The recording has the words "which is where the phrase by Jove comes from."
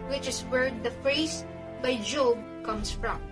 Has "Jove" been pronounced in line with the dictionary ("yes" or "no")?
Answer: no